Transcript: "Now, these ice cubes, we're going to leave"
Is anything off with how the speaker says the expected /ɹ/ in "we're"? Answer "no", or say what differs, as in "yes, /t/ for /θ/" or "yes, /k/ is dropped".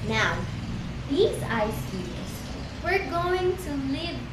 no